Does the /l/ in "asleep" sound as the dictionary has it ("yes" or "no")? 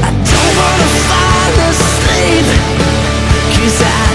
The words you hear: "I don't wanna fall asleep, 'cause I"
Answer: no